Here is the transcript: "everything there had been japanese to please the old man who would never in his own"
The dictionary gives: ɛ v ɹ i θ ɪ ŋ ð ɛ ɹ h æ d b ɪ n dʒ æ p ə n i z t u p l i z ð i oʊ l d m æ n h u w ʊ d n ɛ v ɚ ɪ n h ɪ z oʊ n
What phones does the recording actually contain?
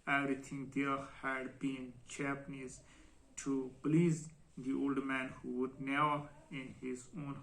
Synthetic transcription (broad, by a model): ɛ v ɹ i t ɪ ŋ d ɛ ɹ h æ d b ɪ n tʃ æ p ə n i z t u p l i z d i oʊ l d m æ n h u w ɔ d n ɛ ʊ ɪ n h ɪ z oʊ n